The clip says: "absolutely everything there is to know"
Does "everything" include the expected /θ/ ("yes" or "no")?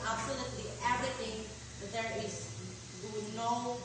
no